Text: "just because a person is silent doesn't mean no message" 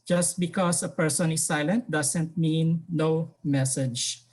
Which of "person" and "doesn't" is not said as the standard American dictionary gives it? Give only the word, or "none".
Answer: doesn't